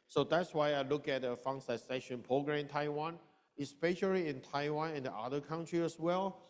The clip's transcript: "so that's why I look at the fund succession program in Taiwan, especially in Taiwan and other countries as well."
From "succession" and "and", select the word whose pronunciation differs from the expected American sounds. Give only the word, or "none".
succession